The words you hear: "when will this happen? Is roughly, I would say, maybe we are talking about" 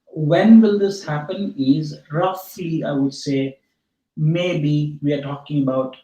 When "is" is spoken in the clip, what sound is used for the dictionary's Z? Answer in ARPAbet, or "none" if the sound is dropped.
Z